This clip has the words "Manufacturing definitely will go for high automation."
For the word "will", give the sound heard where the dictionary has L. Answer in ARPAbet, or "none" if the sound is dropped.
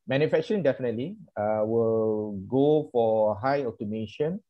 L